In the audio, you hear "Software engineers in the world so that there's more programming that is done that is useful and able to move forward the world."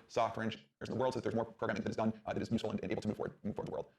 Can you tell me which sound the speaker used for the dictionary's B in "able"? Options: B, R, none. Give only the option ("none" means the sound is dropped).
none